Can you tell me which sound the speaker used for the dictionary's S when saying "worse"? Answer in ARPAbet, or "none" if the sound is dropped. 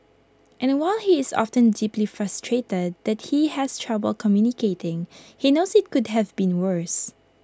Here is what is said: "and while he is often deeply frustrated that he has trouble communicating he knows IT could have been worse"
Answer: S